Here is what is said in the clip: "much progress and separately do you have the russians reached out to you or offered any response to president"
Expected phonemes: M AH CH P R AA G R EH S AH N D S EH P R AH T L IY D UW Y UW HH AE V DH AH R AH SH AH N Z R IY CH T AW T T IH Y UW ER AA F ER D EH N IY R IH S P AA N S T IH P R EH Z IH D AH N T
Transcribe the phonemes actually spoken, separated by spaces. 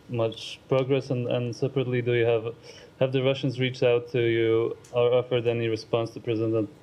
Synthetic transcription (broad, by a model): M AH CH P R AA G R EH S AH N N S EH P R AH T L IY D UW Y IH HH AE V DH AH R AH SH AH N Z R IY CH T AW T T IH Y UW ER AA F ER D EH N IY R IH S P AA N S T IH P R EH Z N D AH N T